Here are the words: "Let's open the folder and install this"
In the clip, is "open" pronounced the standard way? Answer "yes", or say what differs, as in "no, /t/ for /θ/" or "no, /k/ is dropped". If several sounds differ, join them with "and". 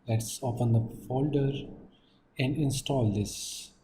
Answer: no, /f/ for /p/